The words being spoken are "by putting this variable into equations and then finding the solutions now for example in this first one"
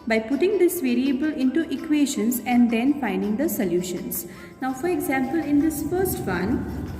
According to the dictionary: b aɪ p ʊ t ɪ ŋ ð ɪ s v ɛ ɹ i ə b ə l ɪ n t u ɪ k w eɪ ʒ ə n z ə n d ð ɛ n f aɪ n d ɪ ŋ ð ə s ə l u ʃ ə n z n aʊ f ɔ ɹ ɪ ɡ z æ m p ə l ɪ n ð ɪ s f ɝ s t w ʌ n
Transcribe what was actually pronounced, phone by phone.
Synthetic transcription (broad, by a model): b aɪ p ʊ t ɪ ŋ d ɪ s v ɛ ɹ i ə b ə l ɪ n t u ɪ k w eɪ ʃ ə n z ə n d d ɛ n f aɪ n d ɪ ŋ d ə s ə l u ʃ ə n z n aʊ f ɔ ɹ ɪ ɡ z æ m p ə l ɪ n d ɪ s f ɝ s t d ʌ n